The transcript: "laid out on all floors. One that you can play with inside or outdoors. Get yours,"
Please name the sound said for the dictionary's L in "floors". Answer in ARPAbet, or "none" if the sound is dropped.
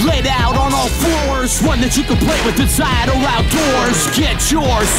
none